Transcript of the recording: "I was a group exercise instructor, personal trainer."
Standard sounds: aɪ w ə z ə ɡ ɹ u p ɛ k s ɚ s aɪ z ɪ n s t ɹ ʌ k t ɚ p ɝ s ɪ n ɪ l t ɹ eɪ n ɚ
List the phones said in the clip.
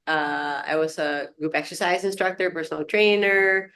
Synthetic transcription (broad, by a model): aɪ w ə z ə ɡ ɹ u p ɛ k s ɚ s aɪ z ɪ n s t ɹ ʌ k t ɚ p ɝ s n l t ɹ eɪ n ɚ